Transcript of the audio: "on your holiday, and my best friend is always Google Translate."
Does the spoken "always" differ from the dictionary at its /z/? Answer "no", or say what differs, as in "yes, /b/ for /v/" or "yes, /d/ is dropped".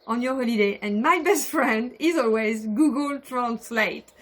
no